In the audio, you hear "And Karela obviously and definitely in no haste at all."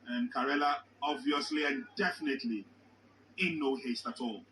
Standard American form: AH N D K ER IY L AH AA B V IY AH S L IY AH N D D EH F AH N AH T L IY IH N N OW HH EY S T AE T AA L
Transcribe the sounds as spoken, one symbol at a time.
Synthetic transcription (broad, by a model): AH N K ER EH L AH AA B V IY AH S L IY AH N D D EH F AH N AH T L IY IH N N OW HH EY S T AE T AA L